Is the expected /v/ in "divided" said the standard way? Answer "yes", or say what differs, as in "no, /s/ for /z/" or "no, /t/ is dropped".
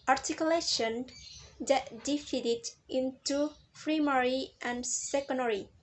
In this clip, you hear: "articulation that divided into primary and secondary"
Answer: no, /f/ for /v/